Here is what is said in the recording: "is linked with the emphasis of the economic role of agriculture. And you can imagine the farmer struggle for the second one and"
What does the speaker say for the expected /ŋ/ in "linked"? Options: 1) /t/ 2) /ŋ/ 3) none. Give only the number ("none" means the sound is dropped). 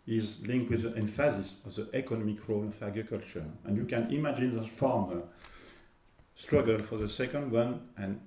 2